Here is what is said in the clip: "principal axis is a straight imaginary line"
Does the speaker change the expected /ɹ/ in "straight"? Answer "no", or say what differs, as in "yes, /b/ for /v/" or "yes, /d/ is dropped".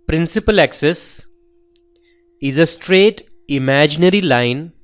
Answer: no